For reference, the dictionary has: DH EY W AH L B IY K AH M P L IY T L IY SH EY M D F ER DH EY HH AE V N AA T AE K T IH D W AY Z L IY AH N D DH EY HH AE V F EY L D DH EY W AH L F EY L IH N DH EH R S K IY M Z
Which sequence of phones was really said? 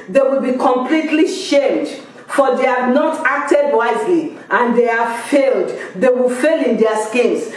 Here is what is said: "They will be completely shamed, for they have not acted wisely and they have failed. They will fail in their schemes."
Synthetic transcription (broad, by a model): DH EY W AH L B IY K AH M P L IY T L IY SH EY M D F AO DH EY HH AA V N AA T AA K T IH D W AY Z L IY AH N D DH EY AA F EY L D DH EY W AH L F EY L IH N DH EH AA S K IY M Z